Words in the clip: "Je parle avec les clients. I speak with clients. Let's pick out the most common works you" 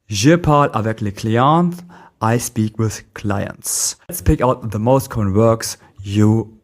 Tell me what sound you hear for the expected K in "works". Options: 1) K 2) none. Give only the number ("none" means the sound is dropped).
1